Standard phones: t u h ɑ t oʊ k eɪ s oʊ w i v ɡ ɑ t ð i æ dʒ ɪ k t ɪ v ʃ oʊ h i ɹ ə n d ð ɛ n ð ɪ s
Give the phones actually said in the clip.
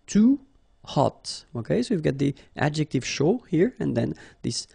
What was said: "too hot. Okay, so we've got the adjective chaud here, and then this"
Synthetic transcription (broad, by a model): t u h ɑ t oʊ k eɪ s oʊ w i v ɡ ɑ t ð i æ dʒ ɪ k t ɪ v ʃ oʊ h i ɹ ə n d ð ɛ n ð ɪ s